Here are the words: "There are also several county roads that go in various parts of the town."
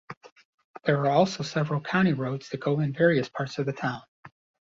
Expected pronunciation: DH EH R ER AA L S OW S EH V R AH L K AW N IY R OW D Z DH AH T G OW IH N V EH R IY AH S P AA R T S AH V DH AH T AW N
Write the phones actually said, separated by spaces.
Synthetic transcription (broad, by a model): DH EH R ER AA L S OW S EH V R AH L K AW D IY R OW D Z DH AH T G OW IH N V EH R IY AH S P AA R T S AH V DH AH T AW N